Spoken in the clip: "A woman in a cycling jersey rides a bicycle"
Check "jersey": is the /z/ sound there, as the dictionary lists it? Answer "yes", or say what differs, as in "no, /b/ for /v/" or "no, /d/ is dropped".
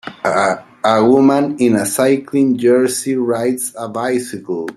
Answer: no, /s/ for /z/